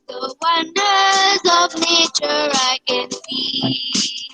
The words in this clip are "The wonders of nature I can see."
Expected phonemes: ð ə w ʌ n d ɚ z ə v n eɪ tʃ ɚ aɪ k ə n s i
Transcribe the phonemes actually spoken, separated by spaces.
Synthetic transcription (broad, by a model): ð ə w ʌ n d ɚ z ə v n eɪ tʃ ɚ aɪ k ə n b i